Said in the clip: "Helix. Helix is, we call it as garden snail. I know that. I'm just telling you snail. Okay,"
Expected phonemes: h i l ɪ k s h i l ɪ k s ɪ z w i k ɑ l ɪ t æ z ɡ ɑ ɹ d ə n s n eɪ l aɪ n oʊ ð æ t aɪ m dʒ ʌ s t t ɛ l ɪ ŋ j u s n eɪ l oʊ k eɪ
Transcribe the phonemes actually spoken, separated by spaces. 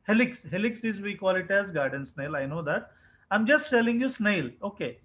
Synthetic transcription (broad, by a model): h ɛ l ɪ k s h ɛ l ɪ k s ɪ z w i k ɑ l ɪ t æ z ɡ ɑ ɹ d ə n s n eɪ l aɪ n oʊ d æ t aɪ m dʒ ʌ s t s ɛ l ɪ ŋ j u s n eɪ l oʊ k eɪ